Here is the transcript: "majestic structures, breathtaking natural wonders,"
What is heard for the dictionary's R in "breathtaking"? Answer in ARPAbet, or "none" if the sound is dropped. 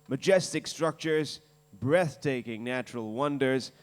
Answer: R